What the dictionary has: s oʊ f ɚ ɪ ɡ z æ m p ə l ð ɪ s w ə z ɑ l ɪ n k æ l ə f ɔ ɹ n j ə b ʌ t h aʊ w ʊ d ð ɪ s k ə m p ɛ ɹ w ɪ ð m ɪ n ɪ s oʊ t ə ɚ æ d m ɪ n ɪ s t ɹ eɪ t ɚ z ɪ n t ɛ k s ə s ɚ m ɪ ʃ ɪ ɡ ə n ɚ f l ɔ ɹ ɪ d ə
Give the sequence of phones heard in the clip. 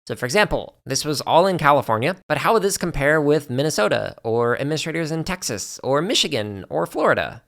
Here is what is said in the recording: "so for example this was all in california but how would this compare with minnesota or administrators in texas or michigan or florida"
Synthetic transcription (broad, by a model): s oʊ f ɚ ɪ ɡ z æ m p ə l ð ɪ s w ə z ɑ l ɪ n k æ l ə f ɔ ɹ n j ə b ʌ t h aʊ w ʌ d ð ɪ s k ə m p ɛ ɹ w ɪ ð m ɪ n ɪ s oʊ t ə ɚ æ d m ɪ n ɪ s t ɹ eɪ t ɚ z ɪ n t ɛ k s ə s ɚ m ɪ ʃ ɪ ɡ ə n ɚ f l ɔ ɹ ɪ d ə